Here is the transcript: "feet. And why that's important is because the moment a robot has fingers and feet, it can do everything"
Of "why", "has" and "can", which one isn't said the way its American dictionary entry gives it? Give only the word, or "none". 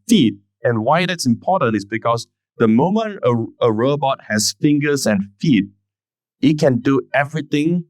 has